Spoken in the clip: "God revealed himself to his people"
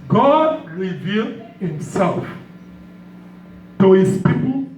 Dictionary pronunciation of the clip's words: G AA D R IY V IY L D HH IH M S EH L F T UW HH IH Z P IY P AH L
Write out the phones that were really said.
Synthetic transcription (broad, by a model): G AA D R IY V IY L D HH IH M S EH L F T UW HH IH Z P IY P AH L